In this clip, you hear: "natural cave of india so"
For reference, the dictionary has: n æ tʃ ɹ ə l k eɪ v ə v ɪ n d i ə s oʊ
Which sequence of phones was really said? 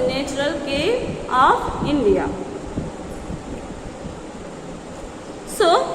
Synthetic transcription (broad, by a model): n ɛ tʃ ɹ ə l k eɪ ə p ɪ n d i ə s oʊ